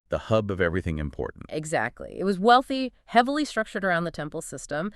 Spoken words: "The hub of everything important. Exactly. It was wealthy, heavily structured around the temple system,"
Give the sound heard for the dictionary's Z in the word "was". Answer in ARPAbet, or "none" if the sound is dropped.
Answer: Z